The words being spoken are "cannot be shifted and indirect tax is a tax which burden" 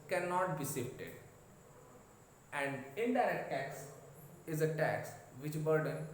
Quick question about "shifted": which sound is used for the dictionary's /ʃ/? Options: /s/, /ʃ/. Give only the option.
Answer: /s/